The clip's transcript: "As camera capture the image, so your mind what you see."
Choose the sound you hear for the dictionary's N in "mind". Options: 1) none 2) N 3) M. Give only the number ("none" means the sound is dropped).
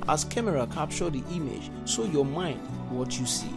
2